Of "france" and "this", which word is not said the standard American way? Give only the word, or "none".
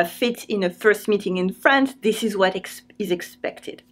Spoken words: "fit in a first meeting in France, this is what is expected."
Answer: none